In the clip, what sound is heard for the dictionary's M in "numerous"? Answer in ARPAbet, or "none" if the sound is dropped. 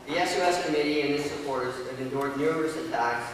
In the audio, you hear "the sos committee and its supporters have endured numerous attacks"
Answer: none